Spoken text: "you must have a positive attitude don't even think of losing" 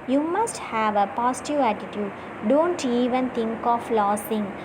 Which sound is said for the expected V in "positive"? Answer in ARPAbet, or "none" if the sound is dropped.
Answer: none